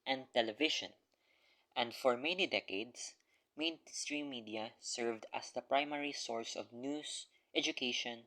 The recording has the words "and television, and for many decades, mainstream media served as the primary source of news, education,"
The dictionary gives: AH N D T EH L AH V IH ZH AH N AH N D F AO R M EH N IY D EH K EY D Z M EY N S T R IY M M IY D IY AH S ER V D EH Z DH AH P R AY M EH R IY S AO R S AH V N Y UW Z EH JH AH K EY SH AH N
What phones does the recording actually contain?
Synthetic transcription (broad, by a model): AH N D T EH L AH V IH SH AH N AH N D F AO R M EH N IY D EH K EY D S M EY N S T R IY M M IY D IY AH S ER V D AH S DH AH P R AY M EH R IY S AO R S AH V N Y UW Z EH JH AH K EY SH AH N